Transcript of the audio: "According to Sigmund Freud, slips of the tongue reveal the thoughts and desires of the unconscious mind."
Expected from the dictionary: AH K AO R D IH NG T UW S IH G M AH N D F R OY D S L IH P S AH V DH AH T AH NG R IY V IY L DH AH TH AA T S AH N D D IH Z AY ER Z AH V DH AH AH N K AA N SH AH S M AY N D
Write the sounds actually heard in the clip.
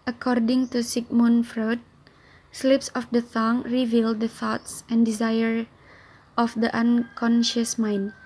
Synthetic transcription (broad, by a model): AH K AO R D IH NG T UW S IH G M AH N F R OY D S L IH P S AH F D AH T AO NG R IY V IY L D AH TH AA T S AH N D D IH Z AY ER AH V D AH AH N K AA N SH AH S M AY N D